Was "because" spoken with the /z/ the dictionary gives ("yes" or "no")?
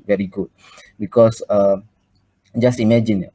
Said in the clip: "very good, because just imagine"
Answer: no